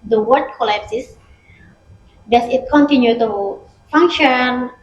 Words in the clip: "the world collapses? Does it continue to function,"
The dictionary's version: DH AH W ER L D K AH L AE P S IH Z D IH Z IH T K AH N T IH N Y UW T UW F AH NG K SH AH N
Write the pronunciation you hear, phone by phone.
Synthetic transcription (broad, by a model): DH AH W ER D K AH L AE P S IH S D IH S IH T K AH N T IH N Y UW T UW F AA NG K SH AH N